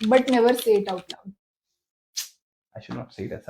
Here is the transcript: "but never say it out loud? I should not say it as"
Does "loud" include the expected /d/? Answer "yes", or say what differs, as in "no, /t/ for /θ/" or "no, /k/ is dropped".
no, /d/ is dropped